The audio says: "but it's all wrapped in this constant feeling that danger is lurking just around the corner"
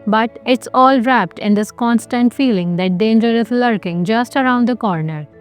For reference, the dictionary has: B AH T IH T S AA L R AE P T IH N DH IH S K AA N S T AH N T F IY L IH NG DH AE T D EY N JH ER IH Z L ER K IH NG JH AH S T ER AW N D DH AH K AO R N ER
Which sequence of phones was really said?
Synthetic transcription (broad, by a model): B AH T IH T S AA L R AE P T IH N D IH S K AA N S T AH N T F IY L IH NG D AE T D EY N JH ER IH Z L ER K IH NG JH AH S T ER AW N D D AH K AO R N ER